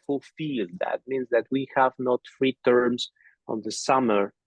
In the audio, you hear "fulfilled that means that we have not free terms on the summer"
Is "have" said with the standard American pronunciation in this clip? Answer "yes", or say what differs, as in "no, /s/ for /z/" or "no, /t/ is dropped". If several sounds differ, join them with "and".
yes